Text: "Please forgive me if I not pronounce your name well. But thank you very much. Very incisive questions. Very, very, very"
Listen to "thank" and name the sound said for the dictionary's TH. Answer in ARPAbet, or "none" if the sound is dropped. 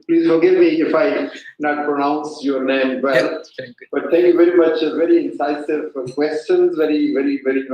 T